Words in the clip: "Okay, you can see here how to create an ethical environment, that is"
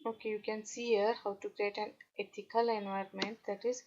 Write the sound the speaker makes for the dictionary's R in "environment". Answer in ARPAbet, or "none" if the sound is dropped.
R